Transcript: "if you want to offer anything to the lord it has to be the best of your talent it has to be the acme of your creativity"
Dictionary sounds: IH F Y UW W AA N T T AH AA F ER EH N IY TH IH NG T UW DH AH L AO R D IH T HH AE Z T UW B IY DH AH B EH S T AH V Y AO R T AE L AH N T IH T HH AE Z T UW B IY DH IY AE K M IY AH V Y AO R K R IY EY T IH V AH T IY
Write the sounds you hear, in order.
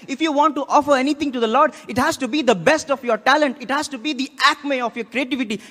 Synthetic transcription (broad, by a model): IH F Y UW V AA N T T AA F ER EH N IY T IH NG T UW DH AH L AO R D IH T HH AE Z T UW B IY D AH B EH S T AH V Y AO R T AE L AH N T IH T HH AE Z T UW B IY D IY AE K M IY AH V Y AO R K R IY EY T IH V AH T IY